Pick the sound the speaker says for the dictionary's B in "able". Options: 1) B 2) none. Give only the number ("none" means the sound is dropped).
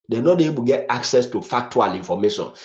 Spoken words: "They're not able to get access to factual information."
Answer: 2